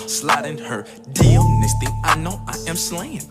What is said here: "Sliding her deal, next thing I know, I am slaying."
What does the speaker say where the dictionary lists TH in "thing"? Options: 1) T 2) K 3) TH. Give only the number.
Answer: 1